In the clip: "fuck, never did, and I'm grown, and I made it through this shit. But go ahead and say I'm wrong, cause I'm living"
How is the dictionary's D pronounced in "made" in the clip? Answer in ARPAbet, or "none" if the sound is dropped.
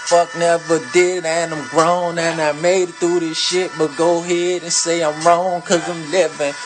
none